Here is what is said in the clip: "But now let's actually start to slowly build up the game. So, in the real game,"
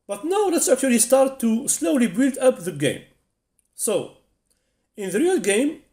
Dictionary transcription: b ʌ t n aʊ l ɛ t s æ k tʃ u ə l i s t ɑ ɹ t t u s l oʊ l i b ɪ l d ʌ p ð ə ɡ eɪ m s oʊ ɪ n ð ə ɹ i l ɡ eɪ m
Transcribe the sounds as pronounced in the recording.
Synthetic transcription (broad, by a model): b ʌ t n aʊ l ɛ t s æ k tʃ u ə l i s t ɑ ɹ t t u s l oʊ l i b ɪ l d ʌ p ð ə ɡ eɪ m s oʊ ɪ n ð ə ɹ i l ɡ eɪ m